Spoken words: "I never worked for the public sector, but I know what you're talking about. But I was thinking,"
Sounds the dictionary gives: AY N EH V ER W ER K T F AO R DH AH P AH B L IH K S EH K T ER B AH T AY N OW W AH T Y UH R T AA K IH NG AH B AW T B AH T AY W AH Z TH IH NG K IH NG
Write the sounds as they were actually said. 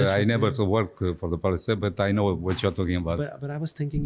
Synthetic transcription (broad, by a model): AY N EH V ER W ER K F AO R DH AH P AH L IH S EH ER B AH T AY N OW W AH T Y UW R T AA K IH NG AH B AW T B AH T AY W AH Z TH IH NG K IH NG